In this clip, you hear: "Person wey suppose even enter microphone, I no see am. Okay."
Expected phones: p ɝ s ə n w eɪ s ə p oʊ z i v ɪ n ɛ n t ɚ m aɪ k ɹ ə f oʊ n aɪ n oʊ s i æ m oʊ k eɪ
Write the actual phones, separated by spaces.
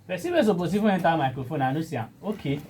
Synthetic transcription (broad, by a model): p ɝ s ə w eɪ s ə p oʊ s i f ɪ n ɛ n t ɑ m aɪ k ɹ ə f oʊ n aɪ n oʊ s i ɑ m oʊ k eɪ